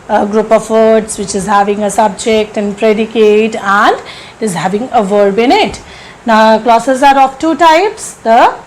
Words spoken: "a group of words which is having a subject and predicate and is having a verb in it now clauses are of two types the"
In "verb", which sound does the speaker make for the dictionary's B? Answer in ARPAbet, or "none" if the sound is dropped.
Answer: B